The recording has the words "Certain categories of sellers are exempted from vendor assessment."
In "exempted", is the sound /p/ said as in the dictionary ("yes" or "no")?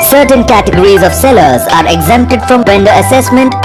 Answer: yes